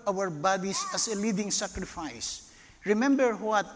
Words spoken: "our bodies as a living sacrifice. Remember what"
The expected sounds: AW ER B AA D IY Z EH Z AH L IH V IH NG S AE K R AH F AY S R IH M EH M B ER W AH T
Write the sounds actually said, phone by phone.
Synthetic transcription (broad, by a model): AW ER B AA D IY S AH S AH L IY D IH NG S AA K R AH F AY S R IH M EH M B ER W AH T